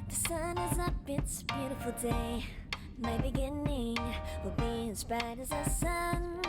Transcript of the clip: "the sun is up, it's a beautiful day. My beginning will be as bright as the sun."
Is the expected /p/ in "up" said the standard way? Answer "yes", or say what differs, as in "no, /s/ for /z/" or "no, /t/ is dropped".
no, /b/ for /p/